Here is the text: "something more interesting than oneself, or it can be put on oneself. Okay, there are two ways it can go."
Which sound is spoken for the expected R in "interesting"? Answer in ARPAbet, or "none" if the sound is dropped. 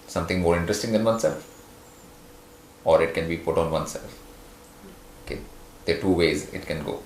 R